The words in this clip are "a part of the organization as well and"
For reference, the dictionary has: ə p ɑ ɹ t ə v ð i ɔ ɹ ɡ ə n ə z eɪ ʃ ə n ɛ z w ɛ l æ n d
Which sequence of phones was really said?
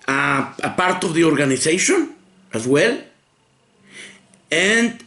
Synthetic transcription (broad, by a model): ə p ɑ ɹ t ə v ð i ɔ ɹ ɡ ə n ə s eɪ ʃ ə n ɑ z w ɛ l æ n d